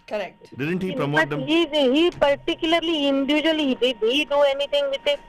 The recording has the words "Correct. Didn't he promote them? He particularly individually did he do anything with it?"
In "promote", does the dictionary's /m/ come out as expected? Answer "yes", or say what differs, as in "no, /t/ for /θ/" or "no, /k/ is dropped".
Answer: no, /m/ is dropped